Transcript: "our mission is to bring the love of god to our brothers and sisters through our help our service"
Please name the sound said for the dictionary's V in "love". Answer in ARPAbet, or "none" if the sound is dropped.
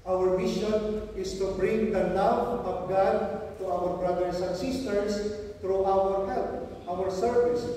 W